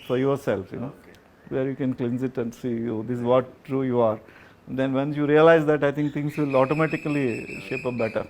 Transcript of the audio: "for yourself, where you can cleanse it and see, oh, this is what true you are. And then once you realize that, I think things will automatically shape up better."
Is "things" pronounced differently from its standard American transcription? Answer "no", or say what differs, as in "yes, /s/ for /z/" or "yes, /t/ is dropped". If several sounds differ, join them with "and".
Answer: yes, /t/ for /θ/